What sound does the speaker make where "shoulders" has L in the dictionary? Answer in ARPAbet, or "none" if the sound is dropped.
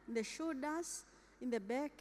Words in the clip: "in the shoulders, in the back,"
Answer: none